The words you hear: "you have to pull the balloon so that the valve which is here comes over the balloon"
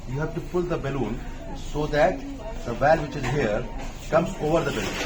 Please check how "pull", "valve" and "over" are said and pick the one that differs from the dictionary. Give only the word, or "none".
none